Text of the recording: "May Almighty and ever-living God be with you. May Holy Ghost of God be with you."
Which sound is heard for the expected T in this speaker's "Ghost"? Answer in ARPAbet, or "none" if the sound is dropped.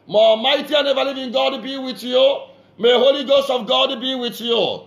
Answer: T